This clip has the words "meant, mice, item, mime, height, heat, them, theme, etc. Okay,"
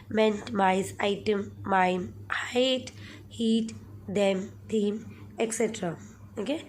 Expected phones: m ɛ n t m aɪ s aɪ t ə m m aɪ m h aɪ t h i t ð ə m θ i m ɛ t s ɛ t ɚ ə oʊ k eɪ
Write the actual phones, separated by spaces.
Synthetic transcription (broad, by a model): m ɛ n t m aɪ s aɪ t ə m m aɪ m h aɪ t h i t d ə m t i m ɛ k s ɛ t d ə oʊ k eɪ